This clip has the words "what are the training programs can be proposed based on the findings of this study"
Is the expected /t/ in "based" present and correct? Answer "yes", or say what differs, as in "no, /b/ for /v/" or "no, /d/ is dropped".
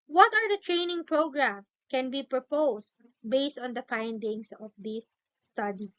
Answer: yes